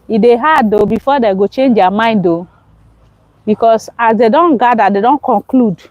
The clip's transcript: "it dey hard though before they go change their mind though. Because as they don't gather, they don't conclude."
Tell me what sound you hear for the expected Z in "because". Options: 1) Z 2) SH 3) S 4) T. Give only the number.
3